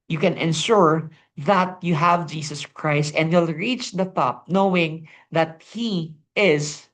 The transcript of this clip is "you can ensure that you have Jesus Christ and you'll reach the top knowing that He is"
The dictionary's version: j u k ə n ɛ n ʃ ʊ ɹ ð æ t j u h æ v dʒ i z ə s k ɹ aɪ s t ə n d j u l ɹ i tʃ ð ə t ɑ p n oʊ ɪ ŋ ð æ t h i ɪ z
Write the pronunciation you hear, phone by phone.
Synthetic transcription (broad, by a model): j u k ə n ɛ n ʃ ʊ ɹ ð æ t j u h æ v dʒ i s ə s k ɹ aɪ s t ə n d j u l ɹ i tʃ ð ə t ɑ p n oʊ ɪ ŋ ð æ t h i ɪ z